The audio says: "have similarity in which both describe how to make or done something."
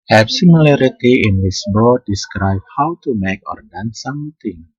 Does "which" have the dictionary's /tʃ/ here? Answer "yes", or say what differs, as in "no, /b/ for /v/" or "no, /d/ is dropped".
no, /s/ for /tʃ/